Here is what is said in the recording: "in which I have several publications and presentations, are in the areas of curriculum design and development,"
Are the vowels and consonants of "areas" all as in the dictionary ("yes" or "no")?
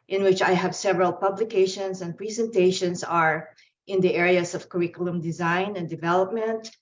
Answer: no